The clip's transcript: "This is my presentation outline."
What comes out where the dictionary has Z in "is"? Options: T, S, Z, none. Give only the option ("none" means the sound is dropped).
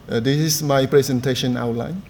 S